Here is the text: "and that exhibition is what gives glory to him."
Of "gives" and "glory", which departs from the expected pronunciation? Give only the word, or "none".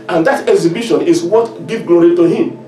gives